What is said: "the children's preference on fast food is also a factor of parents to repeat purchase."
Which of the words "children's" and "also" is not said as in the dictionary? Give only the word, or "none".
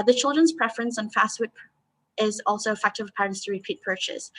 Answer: none